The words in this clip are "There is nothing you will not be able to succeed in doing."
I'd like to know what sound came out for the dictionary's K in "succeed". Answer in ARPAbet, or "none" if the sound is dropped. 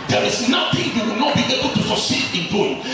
none